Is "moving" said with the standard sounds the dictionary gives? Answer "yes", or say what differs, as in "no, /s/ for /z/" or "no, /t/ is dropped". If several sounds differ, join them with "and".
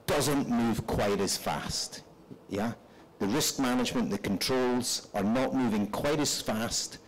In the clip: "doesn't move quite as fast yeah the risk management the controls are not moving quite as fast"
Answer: yes